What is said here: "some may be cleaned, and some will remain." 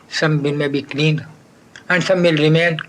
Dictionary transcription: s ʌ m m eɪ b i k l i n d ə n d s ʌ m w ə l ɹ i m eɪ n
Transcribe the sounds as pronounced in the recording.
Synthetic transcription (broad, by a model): s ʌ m m eɪ b i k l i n ə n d s ʌ m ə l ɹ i m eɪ n